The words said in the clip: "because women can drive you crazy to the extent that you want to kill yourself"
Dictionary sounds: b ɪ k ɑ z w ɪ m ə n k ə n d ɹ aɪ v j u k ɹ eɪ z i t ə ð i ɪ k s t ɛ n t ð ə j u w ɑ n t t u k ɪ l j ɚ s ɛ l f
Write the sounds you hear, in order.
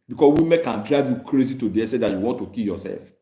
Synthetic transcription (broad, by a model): b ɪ k ɑ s w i m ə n k ə n d ɹ aɪ v j u k ɹ eɪ z i t ə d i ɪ s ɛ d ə j u w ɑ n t t u k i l j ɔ s ɛ l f